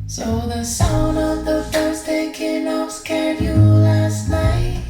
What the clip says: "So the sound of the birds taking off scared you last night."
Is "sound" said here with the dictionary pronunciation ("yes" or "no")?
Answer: no